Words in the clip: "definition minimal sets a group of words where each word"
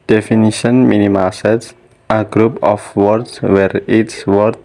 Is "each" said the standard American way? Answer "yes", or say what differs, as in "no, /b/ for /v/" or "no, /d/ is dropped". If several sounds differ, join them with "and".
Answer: no, /s/ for /tʃ/